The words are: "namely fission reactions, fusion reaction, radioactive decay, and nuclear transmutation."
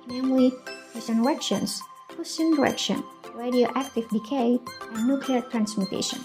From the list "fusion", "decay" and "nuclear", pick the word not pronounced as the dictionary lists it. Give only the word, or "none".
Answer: fusion